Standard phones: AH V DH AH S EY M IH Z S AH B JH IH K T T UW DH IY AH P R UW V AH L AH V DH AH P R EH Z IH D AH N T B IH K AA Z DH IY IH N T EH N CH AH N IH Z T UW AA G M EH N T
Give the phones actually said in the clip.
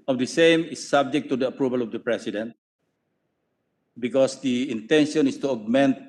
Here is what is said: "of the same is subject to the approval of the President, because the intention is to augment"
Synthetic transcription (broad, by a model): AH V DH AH S EY M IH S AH B JH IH K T T UW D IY AH P R UW V AH L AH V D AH P R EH S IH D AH N T B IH K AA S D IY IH N T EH N SH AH N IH S T UW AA G M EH N T